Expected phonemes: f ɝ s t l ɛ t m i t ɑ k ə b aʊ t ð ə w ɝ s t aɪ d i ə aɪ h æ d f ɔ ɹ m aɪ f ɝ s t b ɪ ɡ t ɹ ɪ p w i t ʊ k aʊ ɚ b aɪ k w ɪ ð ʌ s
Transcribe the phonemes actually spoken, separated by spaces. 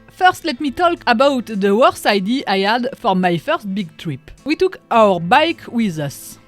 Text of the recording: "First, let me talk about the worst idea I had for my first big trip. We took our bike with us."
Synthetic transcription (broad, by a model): f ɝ s t l ɛ t m i t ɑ k ə b aʊ t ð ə w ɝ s aɪ d i ə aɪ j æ d f ɔ ɹ m aɪ f ɝ s t b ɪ ɡ t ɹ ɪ p w i t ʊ k aʊ ɚ b aɪ k w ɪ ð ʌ s